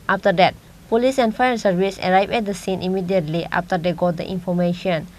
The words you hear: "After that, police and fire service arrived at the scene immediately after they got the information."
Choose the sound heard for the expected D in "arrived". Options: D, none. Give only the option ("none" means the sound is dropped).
none